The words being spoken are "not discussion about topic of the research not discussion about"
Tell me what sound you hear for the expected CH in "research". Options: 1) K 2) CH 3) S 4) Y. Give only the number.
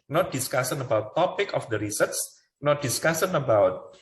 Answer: 3